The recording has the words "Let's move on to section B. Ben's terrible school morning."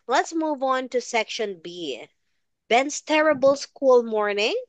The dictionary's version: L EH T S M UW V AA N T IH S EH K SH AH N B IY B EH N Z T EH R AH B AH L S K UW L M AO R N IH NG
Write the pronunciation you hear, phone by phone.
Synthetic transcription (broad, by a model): L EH T S M UW V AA N T IH S EH K SH AH N B IY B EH N S T EH R AH B AH L S K UW L M AO R N IH NG